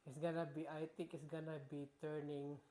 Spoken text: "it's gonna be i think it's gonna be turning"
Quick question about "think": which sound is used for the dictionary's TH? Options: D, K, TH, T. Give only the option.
T